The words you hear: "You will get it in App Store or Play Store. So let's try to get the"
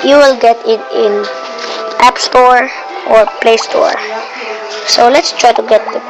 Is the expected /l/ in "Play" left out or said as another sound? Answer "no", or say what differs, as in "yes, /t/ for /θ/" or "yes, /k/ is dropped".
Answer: no